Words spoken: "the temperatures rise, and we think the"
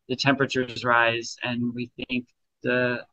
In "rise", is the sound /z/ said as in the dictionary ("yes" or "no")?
yes